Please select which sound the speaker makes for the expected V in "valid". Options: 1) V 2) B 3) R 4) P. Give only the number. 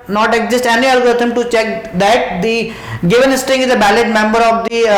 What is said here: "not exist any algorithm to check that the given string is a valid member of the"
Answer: 2